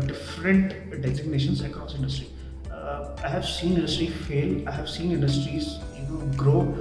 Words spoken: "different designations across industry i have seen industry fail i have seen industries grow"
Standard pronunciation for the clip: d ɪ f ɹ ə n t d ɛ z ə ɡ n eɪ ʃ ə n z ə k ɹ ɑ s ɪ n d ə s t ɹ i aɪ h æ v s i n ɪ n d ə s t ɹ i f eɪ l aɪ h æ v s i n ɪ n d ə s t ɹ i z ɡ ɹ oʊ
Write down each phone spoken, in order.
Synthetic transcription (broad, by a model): d ɪ f ɹ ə n t d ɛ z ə ɡ n eɪ ʃ ə n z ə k ɑ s ɪ n d ə s t ɹ i aɪ h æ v s i n ɪ n d ə s t ɹ i f eɪ l aɪ h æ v s i n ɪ n d ə s t ɹ i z ɡ ɹ oʊ